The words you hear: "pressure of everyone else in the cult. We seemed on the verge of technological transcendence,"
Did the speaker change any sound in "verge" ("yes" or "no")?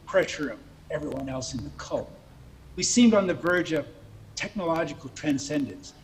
no